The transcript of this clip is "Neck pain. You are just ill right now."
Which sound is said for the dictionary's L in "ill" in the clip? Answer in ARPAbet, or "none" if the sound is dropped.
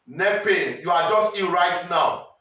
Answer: N